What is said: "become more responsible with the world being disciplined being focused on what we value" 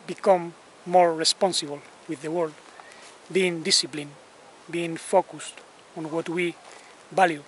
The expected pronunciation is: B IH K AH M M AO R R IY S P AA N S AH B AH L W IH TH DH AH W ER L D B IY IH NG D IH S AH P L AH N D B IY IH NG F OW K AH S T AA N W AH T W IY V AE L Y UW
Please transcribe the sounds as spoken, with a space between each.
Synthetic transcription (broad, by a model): B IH K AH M M AO R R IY S P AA N S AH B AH L W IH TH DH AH W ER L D B IY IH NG D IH S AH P L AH N B IY IH NG F OW K AH S T AA N W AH T W IY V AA L Y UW